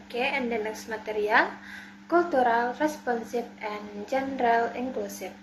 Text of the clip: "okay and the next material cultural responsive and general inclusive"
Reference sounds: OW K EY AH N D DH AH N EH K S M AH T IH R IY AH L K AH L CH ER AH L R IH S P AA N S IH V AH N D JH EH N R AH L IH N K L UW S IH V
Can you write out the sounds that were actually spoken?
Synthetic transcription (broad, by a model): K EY AH N D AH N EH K S M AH T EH R IY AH L K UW L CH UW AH L R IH S P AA N S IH F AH N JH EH N R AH L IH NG K L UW S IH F